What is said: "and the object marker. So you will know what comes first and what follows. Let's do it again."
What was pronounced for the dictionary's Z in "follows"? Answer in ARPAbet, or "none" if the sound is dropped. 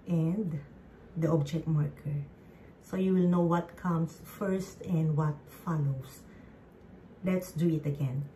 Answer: S